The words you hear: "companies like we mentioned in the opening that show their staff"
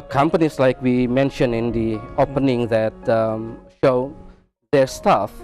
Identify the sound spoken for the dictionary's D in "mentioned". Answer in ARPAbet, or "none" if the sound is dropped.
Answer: none